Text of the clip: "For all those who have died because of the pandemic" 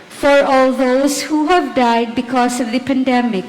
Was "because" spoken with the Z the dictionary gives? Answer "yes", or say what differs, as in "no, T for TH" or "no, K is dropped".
no, S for Z